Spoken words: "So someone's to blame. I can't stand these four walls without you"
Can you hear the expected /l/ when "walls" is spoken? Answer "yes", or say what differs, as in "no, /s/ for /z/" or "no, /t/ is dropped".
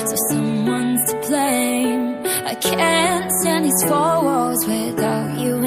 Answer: no, /l/ is dropped